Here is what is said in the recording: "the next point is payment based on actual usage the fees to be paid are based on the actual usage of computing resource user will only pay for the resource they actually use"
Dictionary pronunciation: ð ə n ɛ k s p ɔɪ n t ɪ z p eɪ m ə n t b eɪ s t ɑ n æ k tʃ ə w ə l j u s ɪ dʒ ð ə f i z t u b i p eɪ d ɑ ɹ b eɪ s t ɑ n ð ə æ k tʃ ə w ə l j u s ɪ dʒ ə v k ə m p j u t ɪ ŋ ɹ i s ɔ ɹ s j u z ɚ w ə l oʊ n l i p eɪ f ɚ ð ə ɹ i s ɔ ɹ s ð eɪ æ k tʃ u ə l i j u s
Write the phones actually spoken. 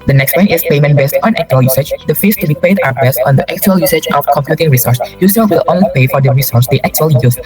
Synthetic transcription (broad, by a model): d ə n ɛ k s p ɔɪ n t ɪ s p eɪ m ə n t b eɪ s t ɑ n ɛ k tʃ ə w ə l j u s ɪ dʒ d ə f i s t u b i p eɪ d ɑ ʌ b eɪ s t ɑ n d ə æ k tʃ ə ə l j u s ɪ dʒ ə f k ə m p j u t ɪ ŋ ɹ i s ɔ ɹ s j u s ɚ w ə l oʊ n l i p eɪ f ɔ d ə ɹ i s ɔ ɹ s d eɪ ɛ k tʃ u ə l i j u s